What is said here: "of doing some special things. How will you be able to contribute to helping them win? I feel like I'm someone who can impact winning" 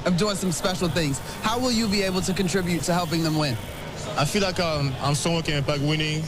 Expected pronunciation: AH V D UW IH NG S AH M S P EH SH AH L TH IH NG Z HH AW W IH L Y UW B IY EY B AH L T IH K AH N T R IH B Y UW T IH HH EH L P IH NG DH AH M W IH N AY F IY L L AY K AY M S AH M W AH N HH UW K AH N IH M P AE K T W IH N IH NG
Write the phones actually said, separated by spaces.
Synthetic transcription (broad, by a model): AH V D UW IH NG S AH M S P EH SH L TH IH NG Z HH AW W IH L Y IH B IY EY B L T IH K AH N T R IH B Y UW T IH HH EH L P IH NG DH AH M W IH N AY F IY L L AY K AY M S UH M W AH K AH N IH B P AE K W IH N IH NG